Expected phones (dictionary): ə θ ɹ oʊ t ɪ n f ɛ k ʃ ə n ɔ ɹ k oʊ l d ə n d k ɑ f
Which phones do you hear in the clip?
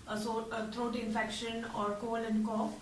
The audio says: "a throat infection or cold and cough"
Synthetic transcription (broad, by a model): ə t ɹ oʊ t ɪ n f ɛ k ʃ ə n ɔ ɹ k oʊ l ə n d k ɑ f